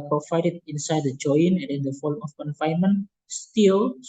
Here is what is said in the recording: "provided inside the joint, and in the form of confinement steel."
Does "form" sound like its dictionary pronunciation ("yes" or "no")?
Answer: no